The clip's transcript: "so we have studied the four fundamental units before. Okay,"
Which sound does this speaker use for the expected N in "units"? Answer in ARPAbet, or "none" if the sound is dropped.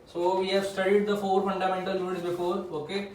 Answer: none